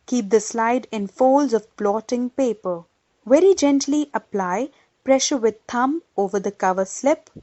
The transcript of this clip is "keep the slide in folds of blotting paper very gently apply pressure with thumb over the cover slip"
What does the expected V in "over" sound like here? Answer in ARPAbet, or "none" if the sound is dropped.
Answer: V